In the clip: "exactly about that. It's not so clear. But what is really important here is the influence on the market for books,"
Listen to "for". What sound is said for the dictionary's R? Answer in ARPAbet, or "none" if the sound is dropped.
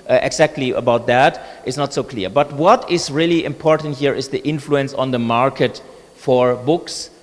R